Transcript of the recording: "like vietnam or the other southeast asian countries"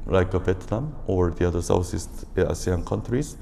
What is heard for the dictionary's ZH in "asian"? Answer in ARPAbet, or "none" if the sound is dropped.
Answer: S